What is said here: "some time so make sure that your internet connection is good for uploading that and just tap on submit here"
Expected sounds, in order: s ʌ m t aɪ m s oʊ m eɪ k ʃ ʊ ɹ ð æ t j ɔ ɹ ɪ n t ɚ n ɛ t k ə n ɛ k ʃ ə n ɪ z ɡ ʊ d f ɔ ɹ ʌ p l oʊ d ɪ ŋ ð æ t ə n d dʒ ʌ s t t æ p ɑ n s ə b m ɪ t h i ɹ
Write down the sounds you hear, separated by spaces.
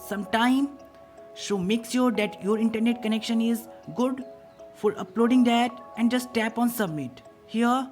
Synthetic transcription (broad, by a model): s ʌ m t aɪ m ʃ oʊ m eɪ k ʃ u ɹ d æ t j ɔ ɹ ɪ n t ɚ n ɛ t k ə n ɛ k ʃ ə n ɪ z ɡ ʊ d f ɔ ɹ ʌ p l oʊ d ɪ ŋ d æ t ə n d dʒ ʌ s t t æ p ɑ n s ə b m ɪ t h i ɹ